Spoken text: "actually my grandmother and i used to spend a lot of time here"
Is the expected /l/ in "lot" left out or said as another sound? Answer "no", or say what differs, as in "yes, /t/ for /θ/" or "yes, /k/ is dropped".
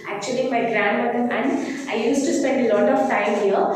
no